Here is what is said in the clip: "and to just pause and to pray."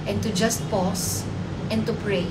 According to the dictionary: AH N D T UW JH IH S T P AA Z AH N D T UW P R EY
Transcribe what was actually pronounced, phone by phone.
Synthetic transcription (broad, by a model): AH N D T UW JH IH S T P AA S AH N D T UW P R EY